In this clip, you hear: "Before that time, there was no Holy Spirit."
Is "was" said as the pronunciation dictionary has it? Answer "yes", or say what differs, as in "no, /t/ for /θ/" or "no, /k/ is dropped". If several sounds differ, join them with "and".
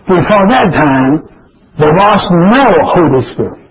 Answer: no, /s/ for /z/